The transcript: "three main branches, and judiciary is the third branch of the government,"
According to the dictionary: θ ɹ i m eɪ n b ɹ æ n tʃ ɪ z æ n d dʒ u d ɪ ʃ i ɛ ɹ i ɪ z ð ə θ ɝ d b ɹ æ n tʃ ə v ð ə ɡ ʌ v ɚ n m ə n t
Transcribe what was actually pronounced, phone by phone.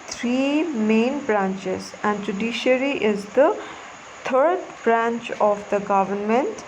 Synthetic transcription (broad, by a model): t ɹ i m eɪ n b ɹ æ n tʃ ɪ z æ n d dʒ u d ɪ ʃ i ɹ i ɪ z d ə t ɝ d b ɹ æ n tʃ ə v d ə ɡ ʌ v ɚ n m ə n t